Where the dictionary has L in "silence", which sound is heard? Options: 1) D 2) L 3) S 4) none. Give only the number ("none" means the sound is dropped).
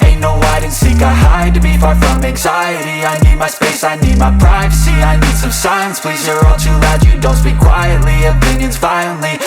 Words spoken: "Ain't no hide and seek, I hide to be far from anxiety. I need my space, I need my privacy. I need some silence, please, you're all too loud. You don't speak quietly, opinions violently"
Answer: 4